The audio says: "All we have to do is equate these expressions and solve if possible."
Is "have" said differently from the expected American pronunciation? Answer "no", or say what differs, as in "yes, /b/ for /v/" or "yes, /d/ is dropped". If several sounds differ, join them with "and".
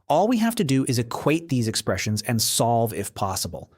yes, /f/ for /v/